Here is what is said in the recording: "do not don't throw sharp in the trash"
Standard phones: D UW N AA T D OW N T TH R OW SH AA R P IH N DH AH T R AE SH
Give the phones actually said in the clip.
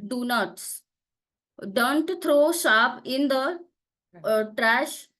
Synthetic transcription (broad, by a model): D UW N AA T D OW N T T R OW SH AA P IH N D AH T R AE SH